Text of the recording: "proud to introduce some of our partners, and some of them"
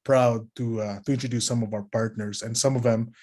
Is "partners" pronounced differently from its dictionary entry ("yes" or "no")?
yes